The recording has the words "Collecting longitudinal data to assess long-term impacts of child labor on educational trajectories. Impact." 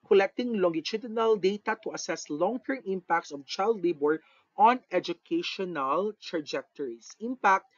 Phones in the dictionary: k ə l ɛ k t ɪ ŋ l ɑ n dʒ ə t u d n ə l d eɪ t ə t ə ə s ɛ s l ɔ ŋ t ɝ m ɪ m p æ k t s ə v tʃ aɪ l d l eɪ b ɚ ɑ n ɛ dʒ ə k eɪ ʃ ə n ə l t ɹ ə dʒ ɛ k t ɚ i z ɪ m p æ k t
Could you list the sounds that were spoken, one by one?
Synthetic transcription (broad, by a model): k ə l ɛ k t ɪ ŋ l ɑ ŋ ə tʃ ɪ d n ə l d eɪ t ə t ə ə s ɛ s l ɔ ŋ t ɝ m ɪ m p æ k t s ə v tʃ aɪ l d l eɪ b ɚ ɑ n ɛ dʒ ə k eɪ ʃ ə n ə l t ɹ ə dʒ ɛ k t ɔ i s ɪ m p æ k t